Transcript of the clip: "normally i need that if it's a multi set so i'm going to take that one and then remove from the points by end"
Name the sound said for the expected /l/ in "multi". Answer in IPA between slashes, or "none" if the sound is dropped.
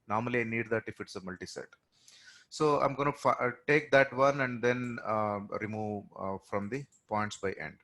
/l/